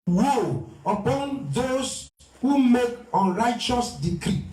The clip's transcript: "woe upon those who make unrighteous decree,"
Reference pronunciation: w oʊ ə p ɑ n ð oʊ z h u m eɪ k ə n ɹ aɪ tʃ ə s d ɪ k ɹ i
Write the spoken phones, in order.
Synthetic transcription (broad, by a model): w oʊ ə p ɑ n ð oʊ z h u m eɪ k ə n ɹ aɪ tʃ ə s d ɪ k ɹ i